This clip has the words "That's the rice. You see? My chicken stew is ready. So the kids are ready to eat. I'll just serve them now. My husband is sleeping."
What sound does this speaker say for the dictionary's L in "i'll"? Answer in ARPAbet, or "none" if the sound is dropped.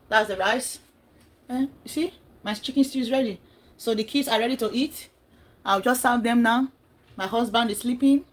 W